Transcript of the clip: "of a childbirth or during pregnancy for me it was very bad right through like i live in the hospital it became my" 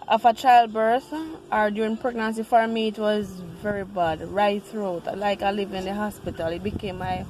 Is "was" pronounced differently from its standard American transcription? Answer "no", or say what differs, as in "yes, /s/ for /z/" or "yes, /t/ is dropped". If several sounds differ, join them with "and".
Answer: no